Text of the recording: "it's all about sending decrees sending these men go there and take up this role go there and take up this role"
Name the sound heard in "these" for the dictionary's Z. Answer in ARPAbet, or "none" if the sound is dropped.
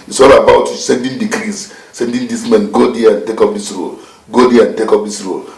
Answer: S